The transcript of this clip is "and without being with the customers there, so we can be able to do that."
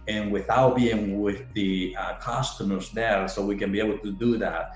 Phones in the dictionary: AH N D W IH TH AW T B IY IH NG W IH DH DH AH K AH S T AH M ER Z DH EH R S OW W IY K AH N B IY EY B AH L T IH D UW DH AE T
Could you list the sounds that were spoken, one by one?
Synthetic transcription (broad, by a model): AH N W IH TH AW T B IY IH NG W IH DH DH AH K AH S T AH M ER Z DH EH R S OW W IY K AH N B IY EY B L T IH D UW DH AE T